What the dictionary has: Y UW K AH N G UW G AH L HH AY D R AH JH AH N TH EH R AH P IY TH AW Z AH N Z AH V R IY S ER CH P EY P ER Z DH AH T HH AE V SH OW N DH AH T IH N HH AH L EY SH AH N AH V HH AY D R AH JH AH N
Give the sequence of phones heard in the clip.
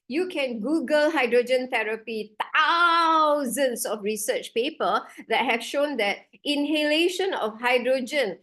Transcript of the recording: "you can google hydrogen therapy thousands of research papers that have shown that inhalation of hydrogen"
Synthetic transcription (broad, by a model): Y UW K AH N G UW G AH L HH AY D R AH JH AH N T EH R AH P IY T AW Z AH N S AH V R IY S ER CH P EY P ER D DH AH T HH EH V SH OW N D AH T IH N HH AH L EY SH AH N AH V HH AY D R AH JH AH N